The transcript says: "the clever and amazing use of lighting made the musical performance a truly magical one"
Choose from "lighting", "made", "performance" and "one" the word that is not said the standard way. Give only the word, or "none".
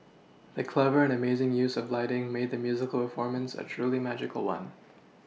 none